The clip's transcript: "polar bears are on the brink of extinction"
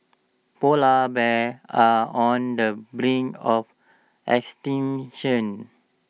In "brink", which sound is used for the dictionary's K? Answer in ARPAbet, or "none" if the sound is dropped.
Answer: none